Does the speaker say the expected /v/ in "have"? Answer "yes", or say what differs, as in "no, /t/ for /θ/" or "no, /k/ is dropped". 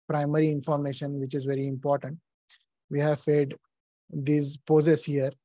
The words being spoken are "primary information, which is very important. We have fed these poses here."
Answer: yes